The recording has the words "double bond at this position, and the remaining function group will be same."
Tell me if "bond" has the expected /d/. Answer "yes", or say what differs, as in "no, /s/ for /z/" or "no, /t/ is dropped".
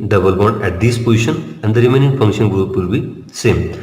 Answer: no, /d/ is dropped